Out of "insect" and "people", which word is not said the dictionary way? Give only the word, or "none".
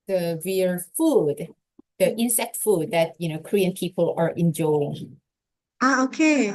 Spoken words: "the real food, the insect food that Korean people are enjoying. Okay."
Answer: none